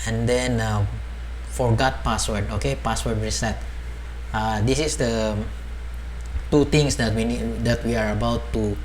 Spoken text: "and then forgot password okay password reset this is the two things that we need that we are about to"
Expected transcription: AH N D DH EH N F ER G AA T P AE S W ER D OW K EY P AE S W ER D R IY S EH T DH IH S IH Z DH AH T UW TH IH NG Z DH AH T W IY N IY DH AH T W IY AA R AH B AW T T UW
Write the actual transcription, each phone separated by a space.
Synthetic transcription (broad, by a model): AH N D EH N F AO G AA T P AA S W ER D OW K EY P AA S W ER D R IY S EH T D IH S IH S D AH T UW T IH NG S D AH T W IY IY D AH T W IY AA R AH B AW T T UW